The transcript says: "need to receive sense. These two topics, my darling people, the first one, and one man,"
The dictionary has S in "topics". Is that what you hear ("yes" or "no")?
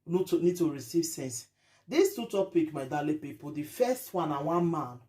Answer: no